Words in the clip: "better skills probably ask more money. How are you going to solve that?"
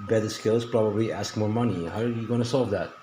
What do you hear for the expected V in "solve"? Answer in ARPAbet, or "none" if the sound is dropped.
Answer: V